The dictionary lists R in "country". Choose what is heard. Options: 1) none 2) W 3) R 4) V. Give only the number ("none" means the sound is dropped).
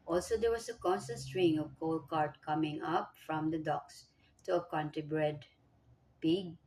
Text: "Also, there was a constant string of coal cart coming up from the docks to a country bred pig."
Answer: 1